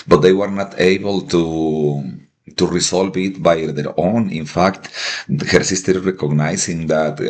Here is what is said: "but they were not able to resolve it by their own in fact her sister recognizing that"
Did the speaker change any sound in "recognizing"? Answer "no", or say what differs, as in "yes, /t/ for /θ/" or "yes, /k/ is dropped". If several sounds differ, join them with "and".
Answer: yes, /s/ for /z/